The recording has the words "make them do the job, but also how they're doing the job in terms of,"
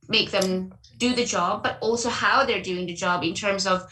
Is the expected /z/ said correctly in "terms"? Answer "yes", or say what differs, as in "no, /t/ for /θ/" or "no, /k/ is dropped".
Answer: yes